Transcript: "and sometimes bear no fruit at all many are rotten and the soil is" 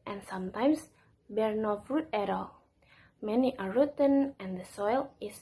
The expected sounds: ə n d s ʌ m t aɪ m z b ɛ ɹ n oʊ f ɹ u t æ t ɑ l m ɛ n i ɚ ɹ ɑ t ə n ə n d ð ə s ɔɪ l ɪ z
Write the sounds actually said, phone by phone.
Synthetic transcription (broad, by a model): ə n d s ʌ m t aɪ m s b ɛ ɹ n oʊ f ɹ u t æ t ɑ l m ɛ n i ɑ ɹ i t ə n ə n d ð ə s ɔɪ l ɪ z